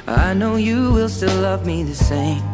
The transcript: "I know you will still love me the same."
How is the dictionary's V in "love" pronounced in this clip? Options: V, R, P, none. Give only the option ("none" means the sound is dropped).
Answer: V